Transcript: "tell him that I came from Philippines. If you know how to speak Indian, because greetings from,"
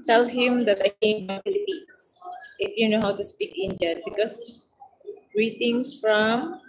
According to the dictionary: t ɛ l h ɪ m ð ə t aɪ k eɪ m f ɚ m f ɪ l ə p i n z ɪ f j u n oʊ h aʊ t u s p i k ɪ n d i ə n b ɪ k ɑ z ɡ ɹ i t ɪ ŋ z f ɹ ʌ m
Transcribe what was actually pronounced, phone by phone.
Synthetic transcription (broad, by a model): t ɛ l h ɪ m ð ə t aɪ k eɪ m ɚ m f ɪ l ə p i n s ɪ f j u n oʊ h aʊ t u s p i k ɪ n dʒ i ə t b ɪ k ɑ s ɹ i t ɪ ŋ s f ɹ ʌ m